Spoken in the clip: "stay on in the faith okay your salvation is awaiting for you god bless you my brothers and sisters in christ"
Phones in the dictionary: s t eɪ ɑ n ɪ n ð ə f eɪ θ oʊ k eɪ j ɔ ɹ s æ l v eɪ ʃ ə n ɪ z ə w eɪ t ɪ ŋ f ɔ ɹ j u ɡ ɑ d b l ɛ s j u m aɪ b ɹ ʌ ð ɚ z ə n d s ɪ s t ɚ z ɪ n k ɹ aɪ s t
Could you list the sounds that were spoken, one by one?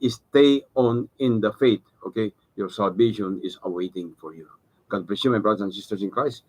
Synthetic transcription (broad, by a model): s t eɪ ɑ n ɪ n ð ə f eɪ t oʊ k eɪ j ɔ ɹ s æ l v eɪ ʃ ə n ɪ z ə w eɪ t ɪ ŋ f ɔ ɹ j u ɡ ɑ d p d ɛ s j u m aɪ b ɹ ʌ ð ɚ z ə n s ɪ s t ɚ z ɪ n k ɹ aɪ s